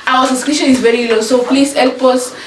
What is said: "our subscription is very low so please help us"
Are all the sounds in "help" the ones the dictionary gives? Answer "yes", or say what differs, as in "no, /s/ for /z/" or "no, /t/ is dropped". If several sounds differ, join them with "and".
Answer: yes